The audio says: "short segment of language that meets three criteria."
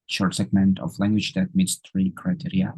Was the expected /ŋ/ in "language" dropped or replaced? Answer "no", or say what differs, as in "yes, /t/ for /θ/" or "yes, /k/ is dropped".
no